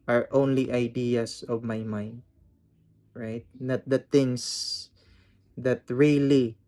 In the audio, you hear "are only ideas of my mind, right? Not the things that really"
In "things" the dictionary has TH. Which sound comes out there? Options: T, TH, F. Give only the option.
T